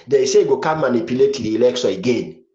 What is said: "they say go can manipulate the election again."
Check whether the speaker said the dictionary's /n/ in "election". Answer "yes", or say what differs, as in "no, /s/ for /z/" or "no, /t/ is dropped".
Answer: no, /n/ is dropped